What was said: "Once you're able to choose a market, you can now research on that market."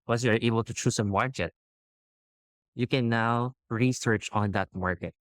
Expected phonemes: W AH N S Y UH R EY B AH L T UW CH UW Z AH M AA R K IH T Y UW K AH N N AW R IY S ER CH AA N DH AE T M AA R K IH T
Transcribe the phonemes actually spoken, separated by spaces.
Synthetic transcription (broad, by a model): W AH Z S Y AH R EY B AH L T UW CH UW S AH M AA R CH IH T Y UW K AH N N AW R IY S ER CH AA N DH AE T M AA R K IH T